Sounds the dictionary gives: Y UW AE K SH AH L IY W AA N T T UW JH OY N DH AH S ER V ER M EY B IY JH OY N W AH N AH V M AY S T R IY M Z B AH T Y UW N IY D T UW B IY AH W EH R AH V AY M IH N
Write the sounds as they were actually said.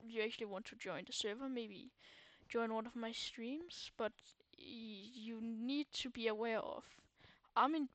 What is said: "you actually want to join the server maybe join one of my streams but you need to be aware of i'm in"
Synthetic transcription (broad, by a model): Y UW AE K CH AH L IY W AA N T T UW JH OY N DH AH S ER V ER M EY B IY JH OY N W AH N AH V M AY S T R IY M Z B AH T Y UW N IY D T UW B IY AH W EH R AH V AY M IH N